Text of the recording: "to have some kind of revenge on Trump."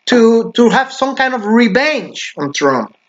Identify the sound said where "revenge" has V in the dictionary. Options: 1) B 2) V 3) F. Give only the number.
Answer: 1